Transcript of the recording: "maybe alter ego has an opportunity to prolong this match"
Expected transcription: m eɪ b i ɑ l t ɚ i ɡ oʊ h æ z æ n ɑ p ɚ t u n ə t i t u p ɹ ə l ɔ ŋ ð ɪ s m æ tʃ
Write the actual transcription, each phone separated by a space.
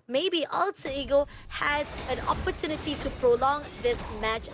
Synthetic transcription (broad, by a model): m eɪ b i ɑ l s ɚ i ɡ oʊ h æ z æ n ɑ p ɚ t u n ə t i t u p ɹ ə l ɔ ŋ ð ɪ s m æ tʃ